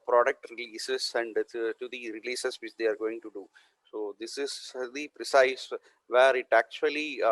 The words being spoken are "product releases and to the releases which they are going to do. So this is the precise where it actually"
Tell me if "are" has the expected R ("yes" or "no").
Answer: yes